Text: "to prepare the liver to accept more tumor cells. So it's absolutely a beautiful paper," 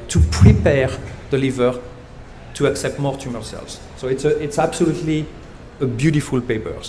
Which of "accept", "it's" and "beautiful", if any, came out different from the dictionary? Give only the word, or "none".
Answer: none